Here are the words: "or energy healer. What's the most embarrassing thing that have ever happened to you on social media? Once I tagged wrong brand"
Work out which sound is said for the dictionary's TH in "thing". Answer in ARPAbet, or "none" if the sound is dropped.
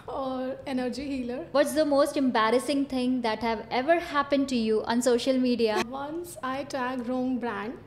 T